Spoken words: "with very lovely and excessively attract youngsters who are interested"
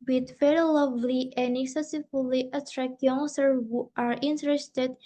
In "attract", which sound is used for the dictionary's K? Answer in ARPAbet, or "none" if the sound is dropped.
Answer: K